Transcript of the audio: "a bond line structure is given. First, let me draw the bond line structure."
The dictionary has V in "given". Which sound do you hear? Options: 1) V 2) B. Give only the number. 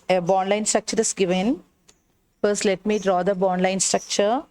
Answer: 1